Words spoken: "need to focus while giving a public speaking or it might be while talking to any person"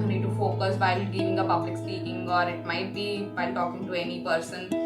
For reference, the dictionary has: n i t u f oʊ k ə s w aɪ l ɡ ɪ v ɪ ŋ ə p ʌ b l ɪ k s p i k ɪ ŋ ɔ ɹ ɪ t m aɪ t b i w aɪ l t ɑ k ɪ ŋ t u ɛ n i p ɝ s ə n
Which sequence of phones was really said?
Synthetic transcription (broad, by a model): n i t u f oʊ k ə s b aɪ l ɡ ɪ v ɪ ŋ ə p ʌ b l ɪ k s i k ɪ ŋ ɔ ɹ ɪ t m aɪ t b i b aɪ l t ɑ k ɪ ŋ t u ɛ n i p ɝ s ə n